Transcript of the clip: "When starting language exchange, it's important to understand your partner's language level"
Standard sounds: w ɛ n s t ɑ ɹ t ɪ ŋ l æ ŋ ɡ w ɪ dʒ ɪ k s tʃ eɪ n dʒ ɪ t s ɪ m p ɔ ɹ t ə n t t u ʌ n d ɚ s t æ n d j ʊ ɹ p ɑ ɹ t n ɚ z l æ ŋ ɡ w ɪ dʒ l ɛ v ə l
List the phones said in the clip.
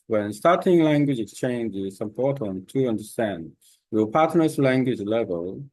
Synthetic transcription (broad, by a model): w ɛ n s t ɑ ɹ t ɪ ŋ l æ ŋ ɡ w ɪ dʒ ɪ k s tʃ eɪ n dʒ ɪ s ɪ p ɔ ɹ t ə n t t u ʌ n d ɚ s t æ n d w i l p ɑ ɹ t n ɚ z l æ ŋ ɡ w ɪ dʒ l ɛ v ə l